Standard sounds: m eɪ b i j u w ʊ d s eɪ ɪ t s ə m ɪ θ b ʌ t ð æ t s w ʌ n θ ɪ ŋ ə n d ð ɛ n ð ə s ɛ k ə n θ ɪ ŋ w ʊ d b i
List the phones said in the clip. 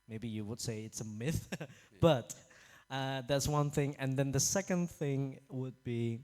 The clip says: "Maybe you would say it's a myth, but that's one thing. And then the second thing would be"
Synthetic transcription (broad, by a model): m eɪ b i j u w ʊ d s eɪ ɪ t s ə m ɪ θ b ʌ t ð æ t s w ʌ n θ ɪ ŋ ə n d ð ɛ n ð ə s ɛ k ə n θ ɪ ŋ w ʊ d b i